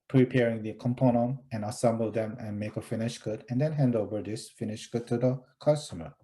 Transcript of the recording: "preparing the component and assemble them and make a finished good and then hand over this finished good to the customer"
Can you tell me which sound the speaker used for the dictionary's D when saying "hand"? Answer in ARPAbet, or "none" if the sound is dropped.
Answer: D